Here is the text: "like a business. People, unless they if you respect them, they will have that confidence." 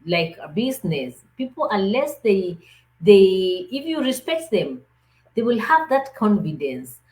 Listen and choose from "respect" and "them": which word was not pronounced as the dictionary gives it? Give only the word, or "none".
none